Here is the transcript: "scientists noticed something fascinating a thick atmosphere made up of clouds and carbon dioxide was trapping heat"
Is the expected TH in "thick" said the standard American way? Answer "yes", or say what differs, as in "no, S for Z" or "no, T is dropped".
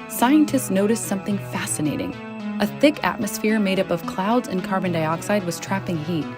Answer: yes